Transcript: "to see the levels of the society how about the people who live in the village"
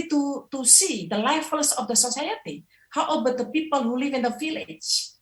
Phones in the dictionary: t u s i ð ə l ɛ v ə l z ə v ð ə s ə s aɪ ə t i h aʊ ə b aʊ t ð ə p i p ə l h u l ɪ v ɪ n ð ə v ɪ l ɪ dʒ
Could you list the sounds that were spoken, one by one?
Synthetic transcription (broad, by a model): t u s i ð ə l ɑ f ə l s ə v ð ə s ə s aɪ ə t i h aʊ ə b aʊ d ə p i p ə l h u l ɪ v ɪ n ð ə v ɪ l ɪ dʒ